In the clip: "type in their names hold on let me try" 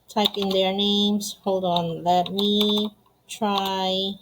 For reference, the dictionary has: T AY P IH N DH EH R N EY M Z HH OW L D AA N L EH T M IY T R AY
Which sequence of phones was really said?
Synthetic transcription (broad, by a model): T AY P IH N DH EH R N EY M S HH OW L D AA N L EH T M IY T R AY